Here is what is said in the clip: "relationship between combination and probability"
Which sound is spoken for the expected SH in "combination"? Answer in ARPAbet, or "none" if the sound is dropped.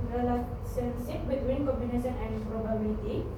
S